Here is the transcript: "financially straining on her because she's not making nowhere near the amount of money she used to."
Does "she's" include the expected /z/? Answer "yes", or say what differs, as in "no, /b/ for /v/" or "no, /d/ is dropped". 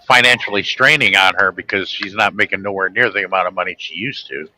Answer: yes